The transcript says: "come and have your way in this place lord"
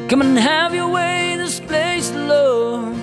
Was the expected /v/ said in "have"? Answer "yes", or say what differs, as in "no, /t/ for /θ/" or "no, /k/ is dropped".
yes